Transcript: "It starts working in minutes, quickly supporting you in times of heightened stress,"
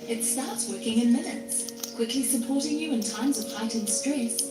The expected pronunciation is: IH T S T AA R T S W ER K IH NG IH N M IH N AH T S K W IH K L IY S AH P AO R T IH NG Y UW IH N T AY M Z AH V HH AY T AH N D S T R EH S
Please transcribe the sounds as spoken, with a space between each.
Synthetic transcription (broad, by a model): IH T S T AA R T S W ER K IH NG IH N M IH N AH T S K W IH K L IY S AH P AO R T IH NG Y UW IH N T AY M Z AH V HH AY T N S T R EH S